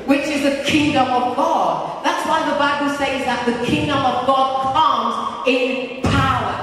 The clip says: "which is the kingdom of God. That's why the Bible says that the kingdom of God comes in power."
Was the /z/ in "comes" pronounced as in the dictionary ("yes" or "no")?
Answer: yes